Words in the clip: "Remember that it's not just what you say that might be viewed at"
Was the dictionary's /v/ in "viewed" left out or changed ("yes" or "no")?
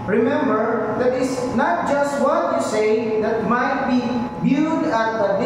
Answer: yes